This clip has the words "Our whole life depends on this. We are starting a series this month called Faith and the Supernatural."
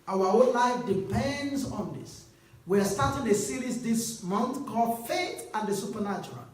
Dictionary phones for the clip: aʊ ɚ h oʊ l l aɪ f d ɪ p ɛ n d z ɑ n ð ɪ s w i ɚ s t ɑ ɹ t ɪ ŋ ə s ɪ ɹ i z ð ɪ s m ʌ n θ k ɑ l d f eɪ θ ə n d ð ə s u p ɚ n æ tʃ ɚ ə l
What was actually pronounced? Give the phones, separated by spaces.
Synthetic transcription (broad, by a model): aʊ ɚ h oʊ n l aɪ f d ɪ p ɛ n d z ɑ n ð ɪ s w i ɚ s t ɑ t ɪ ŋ ə s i ɹ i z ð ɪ s m ʌ n θ k ɑ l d f eɪ t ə n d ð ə s u p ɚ n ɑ tʃ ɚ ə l